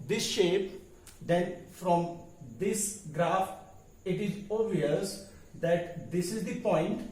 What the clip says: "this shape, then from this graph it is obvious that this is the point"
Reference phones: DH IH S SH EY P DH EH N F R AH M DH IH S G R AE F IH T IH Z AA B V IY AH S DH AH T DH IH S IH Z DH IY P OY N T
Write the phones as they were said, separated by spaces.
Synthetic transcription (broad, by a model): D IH S SH EY P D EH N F R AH M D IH S G R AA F IH T IH Z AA V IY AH S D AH T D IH S IH Z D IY P OY N T